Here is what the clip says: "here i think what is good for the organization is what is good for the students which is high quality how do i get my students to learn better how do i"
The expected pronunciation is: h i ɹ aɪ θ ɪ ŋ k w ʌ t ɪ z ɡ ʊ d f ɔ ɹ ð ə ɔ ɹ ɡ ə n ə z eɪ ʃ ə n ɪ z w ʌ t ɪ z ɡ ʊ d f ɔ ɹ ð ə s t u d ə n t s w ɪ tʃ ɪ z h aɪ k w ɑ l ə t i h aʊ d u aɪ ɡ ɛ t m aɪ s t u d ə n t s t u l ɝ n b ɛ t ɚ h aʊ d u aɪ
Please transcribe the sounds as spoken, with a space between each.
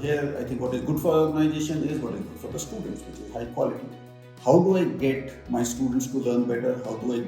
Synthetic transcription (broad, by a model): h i ɹ aɪ t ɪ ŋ k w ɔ t ɪ z ɡ ʊ d f ɔ ɹ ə ɔ ɹ ɡ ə n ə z eɪ ʃ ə n ɪ z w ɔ t ɪ z ɡ ʊ d f ɔ ɹ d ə s t u d ə n t s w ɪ tʃ ɪ z h aɪ k w ɑ l ə t i h aʊ d u aɪ ɡ ɛ t m aɪ s t u d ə n t s t u l ɝ n b ɛ t ɚ h aʊ d u aɪ